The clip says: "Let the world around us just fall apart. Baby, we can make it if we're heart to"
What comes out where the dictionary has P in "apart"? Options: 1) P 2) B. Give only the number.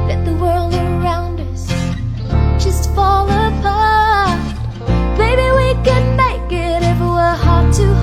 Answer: 2